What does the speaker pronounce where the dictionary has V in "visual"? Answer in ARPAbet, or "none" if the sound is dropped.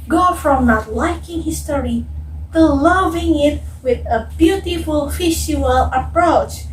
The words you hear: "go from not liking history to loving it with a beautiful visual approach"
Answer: F